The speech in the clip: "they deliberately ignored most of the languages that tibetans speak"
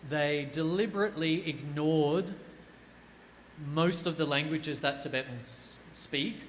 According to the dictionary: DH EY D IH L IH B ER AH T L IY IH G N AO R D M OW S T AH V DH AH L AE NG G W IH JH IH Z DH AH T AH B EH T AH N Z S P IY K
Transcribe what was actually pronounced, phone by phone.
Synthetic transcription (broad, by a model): DH EY D IH L IH B ER AH T L IY IH G N AO R D M OW S T AH V DH AH L AE NG G W IH JH IH Z DH AH T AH B EH T N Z S P IY K